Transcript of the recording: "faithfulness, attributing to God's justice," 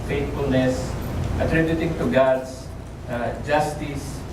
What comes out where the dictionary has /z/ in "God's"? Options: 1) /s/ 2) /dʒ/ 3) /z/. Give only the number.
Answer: 1